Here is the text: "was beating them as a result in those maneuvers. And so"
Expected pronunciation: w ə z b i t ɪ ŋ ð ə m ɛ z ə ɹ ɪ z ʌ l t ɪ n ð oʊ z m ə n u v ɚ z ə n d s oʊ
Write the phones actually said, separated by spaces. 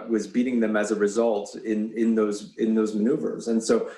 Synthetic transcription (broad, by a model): w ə z b i t ɪ ŋ ð ə m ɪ z ə ɹ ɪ z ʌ l t ɪ n ð oʊ z m ə n u v ɚ z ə n s oʊ